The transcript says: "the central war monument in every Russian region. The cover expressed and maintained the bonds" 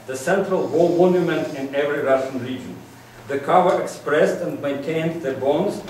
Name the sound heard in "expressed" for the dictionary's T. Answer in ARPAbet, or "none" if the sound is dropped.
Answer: T